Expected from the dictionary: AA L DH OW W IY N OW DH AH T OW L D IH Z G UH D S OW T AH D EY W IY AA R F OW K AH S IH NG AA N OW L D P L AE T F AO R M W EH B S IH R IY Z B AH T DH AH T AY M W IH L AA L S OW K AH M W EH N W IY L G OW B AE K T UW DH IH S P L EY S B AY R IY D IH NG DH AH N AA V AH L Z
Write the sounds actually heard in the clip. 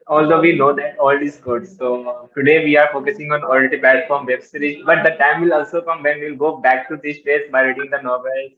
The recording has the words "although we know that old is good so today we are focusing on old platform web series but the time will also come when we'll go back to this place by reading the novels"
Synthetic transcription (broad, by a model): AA L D OW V IY N OW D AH T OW L D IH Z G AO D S OW T AH D EY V IY AA R F OW K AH S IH NG AA N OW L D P L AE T F AO R M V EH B S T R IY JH B AH T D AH T AY M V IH L AA L S OW K AH M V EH N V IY L G OW B AE K T UW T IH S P EY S B AY R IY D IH NG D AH N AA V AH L